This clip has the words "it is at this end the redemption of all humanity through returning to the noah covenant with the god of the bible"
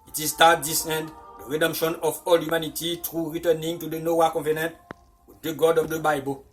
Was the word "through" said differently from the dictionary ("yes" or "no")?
yes